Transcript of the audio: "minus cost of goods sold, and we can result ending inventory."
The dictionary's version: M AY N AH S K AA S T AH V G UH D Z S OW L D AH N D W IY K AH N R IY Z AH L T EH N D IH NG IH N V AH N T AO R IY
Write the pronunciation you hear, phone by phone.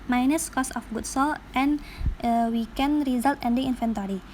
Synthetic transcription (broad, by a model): M AY N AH S K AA S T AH F G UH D S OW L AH N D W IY K AH N R IY Z AH L T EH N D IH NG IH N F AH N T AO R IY